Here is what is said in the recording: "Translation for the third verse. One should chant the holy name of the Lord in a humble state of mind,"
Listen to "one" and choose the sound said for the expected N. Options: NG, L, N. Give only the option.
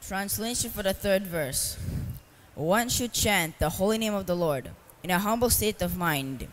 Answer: N